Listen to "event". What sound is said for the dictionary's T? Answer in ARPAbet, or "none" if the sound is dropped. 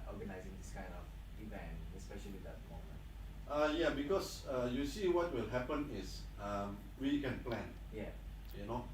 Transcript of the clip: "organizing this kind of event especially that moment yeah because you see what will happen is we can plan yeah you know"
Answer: none